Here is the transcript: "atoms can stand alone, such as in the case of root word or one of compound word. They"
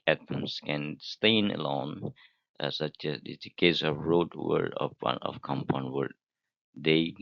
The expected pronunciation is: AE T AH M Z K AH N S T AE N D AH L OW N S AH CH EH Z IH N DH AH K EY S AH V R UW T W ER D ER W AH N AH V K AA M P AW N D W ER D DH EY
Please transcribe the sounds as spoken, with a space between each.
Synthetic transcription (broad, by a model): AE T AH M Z K AH N S T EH N AH L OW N S AH CH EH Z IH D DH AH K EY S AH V R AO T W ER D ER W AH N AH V K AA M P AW N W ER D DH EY